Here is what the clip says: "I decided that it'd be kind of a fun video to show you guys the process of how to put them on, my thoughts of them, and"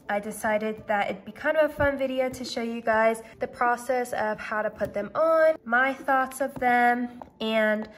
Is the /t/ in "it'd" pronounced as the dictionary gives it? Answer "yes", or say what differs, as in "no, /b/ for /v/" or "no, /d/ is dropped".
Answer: yes